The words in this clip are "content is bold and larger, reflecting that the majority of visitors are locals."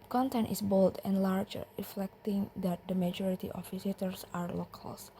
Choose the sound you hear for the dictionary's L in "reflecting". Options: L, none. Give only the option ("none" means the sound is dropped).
L